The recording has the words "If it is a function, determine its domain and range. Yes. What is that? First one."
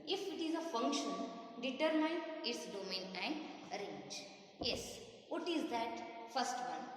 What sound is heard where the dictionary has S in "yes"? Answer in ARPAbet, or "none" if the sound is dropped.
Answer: S